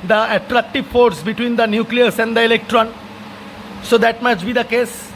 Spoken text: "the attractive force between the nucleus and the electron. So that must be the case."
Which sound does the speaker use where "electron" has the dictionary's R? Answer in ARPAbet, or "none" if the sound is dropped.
R